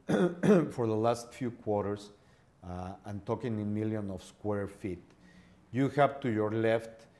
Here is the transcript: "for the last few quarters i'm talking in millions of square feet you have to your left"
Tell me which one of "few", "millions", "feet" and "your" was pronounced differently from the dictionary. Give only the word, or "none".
millions